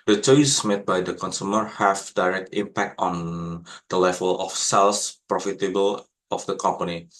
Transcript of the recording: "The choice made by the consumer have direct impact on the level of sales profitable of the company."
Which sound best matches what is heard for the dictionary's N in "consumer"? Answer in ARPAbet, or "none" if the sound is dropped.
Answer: N